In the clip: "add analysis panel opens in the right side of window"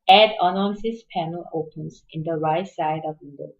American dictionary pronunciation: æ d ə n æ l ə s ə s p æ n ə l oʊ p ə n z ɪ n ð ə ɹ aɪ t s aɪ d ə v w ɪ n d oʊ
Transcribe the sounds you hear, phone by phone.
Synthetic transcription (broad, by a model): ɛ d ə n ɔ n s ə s p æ n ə l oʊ p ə n s ɪ n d ə ɹ aɪ t s aɪ d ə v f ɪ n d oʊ